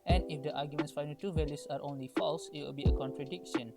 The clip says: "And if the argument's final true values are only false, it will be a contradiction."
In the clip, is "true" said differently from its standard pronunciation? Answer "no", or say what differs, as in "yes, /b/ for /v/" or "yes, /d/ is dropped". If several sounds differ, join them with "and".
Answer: yes, /ɹ/ is dropped